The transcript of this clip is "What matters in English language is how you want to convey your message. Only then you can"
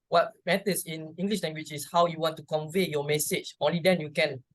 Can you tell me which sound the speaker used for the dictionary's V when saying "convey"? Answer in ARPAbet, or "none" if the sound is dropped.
V